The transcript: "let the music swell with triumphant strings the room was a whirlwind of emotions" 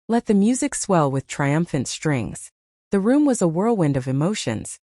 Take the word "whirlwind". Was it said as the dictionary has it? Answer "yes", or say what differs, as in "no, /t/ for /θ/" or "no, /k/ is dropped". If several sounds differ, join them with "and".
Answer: yes